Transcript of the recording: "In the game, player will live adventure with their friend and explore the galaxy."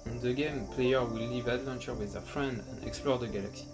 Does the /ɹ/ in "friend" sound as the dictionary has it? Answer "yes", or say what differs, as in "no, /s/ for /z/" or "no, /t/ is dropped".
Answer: yes